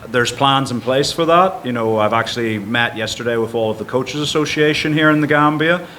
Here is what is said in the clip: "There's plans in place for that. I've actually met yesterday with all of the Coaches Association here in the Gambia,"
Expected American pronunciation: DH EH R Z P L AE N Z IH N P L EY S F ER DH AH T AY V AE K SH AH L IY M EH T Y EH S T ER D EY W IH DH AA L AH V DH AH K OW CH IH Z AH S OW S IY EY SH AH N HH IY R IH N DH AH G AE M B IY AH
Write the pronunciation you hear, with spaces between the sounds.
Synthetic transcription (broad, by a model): DH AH R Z P L AE N Z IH N P L EY S F ER DH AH T AY V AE K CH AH L IY M EH T Y EH S T ER D EY W IH DH AA L AH V DH AH K OW CH IH Z AH S OW S IY EY SH AH N HH IY R IH N DH AH G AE M B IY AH